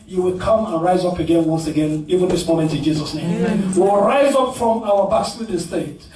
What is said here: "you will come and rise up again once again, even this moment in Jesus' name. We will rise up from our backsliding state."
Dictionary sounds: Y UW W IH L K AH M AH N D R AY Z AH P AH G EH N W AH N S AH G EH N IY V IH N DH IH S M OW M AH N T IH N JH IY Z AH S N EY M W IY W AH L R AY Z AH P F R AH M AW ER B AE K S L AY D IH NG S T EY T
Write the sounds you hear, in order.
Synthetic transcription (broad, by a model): Y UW W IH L K AH M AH N R AY Z AH P AH G EH N W AH N S AH G EH N IY V IH N DH IH S M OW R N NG IH N JH IY Z AH S N EY M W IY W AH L R AY Z AH P F R AH M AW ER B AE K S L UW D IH S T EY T